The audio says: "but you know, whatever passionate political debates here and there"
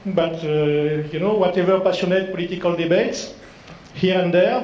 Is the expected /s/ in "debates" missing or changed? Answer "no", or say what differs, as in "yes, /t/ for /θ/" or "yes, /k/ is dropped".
no